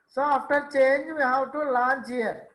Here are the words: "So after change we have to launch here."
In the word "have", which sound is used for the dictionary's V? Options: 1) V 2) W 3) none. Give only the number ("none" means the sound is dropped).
2